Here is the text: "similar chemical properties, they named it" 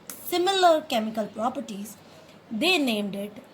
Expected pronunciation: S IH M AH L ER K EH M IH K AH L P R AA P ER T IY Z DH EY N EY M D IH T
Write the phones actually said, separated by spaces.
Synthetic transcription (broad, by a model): S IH M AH L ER K EH M IH K AH L P R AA P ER T IY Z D EY N EY M D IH T